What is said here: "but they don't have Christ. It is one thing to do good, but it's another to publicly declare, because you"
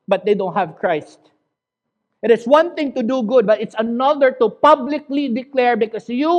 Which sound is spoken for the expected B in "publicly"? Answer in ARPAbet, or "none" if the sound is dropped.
B